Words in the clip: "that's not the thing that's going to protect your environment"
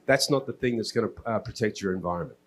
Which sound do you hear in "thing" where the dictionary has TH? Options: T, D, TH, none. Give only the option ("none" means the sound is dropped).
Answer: TH